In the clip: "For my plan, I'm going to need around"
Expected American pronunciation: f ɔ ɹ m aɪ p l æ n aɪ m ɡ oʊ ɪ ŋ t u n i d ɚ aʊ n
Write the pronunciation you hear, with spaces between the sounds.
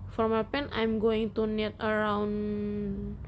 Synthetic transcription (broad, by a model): f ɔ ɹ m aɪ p ɛ n aɪ m ɡ oʊ ɪ ŋ t u n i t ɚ aʊ n